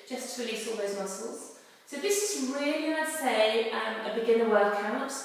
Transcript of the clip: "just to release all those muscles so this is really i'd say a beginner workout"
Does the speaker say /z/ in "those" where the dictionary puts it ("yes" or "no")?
yes